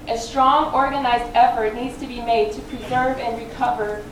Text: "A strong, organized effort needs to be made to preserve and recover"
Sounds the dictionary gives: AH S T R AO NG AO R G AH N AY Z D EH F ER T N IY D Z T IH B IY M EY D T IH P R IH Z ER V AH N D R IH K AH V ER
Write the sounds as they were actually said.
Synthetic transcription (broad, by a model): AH S T R AO NG AO R G AH N AY Z D EH F ER T N IY D Z T IH B IY M EY D T IH P R IH Z ER V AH N R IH K AH V ER